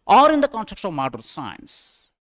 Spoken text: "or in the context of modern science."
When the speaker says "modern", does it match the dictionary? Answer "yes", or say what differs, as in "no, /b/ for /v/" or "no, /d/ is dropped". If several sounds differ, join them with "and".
no, /l/ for /n/